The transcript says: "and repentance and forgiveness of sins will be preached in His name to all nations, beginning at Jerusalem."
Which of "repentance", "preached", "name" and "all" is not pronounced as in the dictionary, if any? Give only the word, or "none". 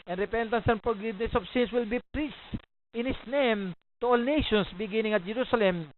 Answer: preached